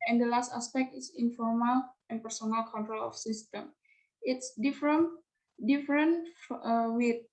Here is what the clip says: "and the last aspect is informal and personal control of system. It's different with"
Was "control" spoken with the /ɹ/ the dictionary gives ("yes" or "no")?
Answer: yes